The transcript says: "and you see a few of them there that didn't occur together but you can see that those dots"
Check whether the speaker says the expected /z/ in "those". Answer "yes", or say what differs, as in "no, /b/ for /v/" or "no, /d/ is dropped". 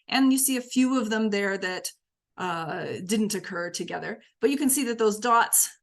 yes